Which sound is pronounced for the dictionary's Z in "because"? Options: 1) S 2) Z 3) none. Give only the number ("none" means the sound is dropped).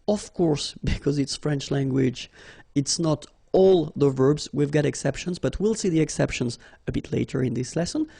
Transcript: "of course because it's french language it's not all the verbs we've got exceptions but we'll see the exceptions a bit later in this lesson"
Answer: 2